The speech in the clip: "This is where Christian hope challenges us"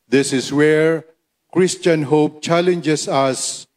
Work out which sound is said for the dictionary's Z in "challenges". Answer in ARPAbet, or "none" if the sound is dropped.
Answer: S